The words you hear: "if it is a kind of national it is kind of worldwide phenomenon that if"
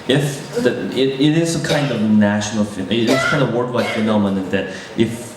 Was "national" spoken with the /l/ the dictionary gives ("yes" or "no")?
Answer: no